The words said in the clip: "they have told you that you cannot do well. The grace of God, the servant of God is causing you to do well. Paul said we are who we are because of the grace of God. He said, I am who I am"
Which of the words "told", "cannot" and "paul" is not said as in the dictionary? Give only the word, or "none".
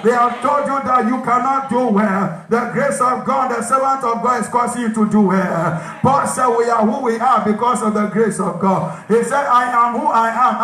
paul